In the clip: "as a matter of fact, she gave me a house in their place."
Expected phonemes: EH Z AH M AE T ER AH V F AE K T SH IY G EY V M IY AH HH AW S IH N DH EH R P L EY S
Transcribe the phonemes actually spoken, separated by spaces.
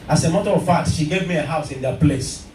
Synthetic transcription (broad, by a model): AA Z AH M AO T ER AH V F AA T SH IY G EY V M IY AH HH AW S IH N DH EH P L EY S